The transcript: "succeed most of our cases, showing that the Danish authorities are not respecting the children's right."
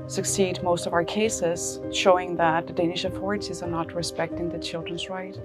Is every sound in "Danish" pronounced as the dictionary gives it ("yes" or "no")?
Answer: yes